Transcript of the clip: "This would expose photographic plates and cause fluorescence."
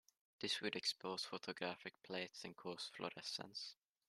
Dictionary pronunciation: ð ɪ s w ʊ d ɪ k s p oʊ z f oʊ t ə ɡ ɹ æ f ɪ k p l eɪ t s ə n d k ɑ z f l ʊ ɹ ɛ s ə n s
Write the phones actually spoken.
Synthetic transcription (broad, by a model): ð ɪ s w ʊ d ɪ k s p oʊ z f oʊ t ə ɡ ɹ æ f ɪ k p l eɪ t s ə n k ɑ s f l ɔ ɹ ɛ s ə n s